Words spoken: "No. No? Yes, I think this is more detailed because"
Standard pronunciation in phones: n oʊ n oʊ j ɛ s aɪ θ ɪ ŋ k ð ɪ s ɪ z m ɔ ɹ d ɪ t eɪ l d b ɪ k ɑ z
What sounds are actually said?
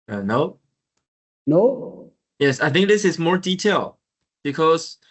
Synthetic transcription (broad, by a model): n oʊ n oʊ j ɛ s aɪ θ ɪ ŋ k ð ɪ s ɪ z m ɔ ɹ d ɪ t eɪ l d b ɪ k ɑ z